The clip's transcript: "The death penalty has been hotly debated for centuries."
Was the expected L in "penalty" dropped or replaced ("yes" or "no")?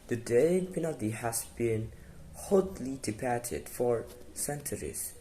yes